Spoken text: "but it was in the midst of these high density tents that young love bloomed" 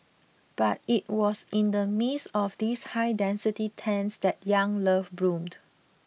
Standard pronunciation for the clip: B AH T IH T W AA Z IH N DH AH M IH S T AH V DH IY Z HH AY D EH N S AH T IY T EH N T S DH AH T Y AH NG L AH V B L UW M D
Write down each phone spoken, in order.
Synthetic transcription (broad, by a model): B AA T IH T W AA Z IH N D AH M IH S AH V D IY S HH AY D EH N S AH T IY T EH N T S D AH T Y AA NG L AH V B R UW M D